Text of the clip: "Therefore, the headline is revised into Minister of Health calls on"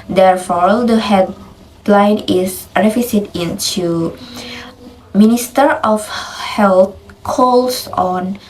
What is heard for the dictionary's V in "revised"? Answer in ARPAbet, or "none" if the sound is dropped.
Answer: F